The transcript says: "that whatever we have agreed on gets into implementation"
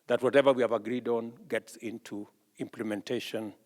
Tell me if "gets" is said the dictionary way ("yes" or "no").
yes